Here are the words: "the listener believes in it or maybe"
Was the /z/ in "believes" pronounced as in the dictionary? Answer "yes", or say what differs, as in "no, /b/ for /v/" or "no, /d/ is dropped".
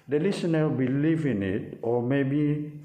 no, /z/ is dropped